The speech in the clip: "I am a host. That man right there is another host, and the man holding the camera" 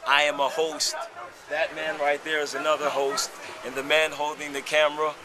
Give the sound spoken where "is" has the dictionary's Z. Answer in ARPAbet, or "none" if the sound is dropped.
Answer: Z